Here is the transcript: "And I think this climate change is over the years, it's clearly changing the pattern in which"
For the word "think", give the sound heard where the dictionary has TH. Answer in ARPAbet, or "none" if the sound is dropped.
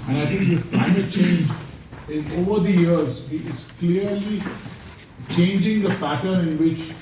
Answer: T